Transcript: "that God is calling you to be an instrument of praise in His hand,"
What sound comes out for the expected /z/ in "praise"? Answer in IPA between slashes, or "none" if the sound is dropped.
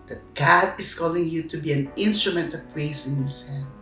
/s/